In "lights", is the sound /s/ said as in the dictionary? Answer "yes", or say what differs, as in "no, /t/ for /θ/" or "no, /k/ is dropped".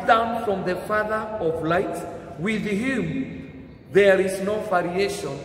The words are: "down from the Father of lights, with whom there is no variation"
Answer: no, /s/ is dropped